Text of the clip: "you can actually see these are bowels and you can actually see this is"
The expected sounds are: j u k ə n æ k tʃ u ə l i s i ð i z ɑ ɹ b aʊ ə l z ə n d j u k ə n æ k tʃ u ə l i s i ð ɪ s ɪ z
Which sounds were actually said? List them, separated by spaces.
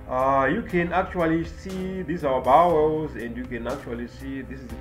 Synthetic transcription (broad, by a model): j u k ə n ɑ k tʃ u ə l i s i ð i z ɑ w b aʊ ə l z ə n d j u k ə n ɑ k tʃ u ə l i s i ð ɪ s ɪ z